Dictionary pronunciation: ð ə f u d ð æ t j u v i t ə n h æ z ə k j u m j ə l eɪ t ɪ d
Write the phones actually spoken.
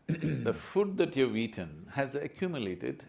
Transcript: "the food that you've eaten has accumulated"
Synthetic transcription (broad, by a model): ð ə f u d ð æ t j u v i t ə n h æ z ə k j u m j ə l eɪ t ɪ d